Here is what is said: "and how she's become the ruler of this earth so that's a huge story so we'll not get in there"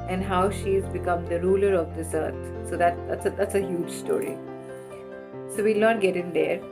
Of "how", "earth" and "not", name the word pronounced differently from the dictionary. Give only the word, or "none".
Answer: earth